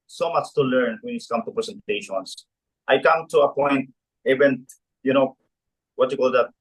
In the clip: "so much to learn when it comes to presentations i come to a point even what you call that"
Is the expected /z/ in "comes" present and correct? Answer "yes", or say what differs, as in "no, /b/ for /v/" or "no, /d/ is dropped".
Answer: no, /z/ is dropped